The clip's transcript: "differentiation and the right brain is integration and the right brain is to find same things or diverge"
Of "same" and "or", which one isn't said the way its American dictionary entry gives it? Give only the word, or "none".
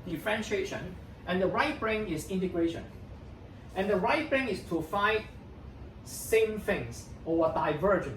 or